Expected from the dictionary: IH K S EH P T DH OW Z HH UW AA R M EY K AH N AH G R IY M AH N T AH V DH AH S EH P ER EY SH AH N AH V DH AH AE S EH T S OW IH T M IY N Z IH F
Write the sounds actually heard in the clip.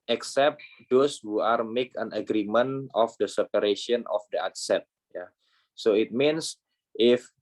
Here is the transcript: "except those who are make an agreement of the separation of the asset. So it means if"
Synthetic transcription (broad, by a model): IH K S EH P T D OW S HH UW AA R M EY K AH N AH G R IY M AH N AH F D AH S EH P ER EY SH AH N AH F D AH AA S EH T S OW IH T M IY N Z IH F